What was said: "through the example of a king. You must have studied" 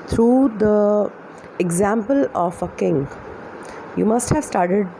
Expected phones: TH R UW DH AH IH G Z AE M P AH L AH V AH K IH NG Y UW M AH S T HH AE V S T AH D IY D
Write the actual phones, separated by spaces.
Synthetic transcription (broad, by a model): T R UW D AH IH G Z AE M P AH L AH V AH K IH NG Y UW M AH S T HH AE V S T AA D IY D